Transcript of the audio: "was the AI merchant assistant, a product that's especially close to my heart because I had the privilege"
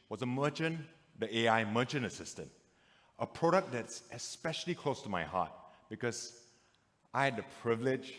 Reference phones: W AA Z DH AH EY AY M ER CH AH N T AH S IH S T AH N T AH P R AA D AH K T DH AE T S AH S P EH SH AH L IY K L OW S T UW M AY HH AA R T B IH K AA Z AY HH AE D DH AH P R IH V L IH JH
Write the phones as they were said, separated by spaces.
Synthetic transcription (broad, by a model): W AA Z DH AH EY AY M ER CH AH N AH S IH S T AH N T AH P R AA D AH K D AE T S AH S P EH SH AH L IY K L OW S T UW M AY HH AA T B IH K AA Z AY HH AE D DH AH P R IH V L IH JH